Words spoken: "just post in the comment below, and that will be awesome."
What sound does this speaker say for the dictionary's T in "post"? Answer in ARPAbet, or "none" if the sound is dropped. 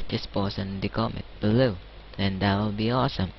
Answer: none